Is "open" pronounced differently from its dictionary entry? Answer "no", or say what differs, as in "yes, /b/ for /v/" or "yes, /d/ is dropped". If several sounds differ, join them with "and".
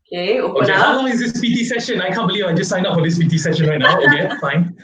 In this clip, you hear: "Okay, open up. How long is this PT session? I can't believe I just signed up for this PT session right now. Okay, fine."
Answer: yes, /p/ is dropped